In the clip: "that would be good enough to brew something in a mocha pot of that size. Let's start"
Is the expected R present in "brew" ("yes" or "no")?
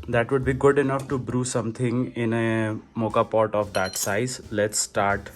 yes